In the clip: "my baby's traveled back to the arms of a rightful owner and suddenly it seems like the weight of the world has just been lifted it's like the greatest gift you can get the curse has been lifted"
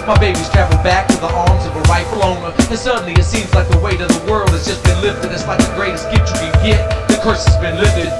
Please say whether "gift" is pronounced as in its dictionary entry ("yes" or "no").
no